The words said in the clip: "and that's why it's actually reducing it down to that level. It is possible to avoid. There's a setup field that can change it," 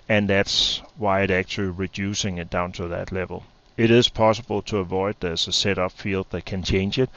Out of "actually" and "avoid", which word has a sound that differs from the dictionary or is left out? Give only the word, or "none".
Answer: none